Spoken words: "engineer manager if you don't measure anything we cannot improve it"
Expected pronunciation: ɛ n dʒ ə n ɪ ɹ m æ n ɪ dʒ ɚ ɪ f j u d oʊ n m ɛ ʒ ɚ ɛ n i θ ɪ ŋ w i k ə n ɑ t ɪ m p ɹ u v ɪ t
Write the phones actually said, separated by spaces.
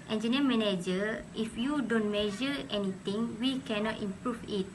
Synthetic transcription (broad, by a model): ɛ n dʒ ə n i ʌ m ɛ n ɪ dʒ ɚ ɪ f j u d oʊ n m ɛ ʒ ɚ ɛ n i t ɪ ŋ w i k ə n ɑ t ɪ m p ɹ u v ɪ t